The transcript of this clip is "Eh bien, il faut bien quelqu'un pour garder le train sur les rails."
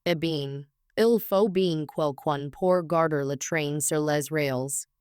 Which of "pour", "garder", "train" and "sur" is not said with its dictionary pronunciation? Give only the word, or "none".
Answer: none